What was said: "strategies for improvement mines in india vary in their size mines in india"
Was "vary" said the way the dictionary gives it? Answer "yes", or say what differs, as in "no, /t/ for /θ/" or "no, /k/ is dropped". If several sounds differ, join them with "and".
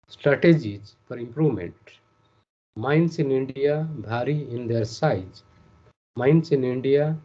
no, /b/ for /v/